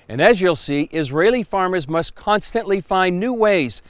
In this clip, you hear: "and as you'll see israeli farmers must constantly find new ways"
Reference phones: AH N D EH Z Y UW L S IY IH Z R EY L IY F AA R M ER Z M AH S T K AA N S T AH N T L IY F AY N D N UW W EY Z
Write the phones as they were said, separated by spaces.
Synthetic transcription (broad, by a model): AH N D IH Z Y UW L S IY IH Z R EY L IY F AA R M ER Z M AH S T K AA N S T AH N T L IY F AY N N UW W EY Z